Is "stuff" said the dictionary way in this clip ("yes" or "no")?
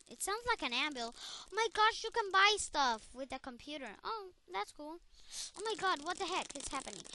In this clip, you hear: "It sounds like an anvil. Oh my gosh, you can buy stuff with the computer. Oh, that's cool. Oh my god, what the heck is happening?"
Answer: yes